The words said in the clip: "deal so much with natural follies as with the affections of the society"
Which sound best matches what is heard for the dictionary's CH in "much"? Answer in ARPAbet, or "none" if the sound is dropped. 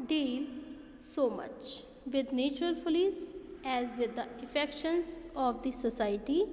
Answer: CH